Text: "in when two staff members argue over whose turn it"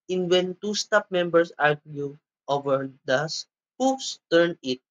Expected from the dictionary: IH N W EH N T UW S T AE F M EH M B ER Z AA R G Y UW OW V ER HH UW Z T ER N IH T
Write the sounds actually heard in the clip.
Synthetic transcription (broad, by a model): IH N W EH N T UW S T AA P M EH M B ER S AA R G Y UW OW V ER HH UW S T ER N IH T